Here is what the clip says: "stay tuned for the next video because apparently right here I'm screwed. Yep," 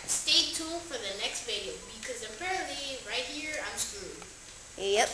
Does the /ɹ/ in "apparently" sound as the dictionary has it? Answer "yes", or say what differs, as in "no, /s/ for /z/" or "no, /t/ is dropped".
yes